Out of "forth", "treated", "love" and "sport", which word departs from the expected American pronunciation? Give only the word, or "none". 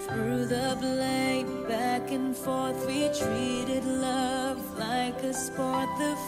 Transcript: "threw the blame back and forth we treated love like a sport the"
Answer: none